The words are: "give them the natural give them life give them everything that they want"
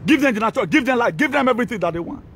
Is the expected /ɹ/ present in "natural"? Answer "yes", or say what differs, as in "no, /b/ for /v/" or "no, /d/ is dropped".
no, /ɹ/ is dropped